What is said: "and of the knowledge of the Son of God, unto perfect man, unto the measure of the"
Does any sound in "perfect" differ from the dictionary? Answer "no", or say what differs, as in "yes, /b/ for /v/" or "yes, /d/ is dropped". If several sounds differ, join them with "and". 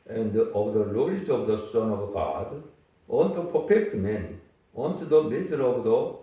yes, /p/ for /f/